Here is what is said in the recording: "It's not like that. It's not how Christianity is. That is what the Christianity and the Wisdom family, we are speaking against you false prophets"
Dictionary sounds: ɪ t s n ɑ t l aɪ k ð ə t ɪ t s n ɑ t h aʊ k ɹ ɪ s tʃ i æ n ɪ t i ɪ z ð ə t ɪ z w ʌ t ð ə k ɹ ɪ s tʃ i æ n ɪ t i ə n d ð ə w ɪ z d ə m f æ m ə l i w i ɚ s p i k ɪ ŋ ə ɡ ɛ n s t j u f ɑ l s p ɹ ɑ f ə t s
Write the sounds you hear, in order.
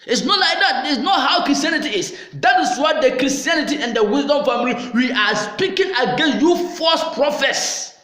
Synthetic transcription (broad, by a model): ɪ t s n ɑ t l aɪ k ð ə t ɪ t s n ɑ t h aʊ k ɹ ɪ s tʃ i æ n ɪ t i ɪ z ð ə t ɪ s w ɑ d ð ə k ɹ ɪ s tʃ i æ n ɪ t i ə n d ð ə w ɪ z d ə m f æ m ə l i w i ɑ s p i k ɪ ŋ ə ɡ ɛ n s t j u f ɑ s p ɹ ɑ f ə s